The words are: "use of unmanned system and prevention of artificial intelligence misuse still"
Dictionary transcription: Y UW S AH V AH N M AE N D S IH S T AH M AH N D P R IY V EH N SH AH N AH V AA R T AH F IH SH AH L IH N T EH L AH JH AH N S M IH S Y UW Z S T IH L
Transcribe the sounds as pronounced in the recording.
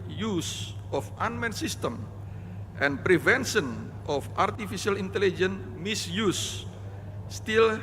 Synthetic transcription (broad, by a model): Y UW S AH F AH N M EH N S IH S T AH M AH N P R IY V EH N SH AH N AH F AA R T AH F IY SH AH L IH N T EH L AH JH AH N M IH S Y UW S T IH L